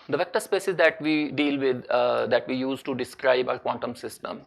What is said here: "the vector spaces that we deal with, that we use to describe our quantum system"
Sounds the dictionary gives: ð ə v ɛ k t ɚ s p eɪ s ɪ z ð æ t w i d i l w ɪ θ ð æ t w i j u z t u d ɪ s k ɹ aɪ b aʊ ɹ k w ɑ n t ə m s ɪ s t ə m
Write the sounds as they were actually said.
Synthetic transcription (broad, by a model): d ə v ɛ k t ɚ s p eɪ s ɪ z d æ t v i d i l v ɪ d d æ t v i j u z t u d ɪ s k ɹ aɪ b aʊ ɹ k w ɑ n t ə m s ɪ s t ə m